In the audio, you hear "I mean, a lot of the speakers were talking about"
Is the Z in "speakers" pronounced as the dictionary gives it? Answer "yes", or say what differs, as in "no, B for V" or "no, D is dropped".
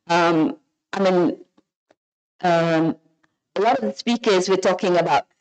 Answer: yes